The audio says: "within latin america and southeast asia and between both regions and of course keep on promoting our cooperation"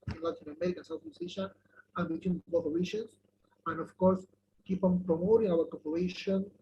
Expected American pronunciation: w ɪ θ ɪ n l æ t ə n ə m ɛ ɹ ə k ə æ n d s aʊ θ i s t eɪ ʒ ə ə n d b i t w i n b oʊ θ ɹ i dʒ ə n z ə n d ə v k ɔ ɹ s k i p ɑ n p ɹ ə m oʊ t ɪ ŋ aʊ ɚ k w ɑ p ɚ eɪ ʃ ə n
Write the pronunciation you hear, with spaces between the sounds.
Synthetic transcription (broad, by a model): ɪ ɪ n l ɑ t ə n ə m ɛ ɹ ə k ə n s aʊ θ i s eɪ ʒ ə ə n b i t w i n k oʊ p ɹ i ʃ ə n s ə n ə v k ɔ ɹ s k i p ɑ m p ɹ ə m oʊ t ɪ ŋ aʊ ɚ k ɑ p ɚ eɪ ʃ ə n